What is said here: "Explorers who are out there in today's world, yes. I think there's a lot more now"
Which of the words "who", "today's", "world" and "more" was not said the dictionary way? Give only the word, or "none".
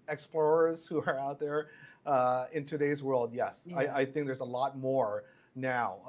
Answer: none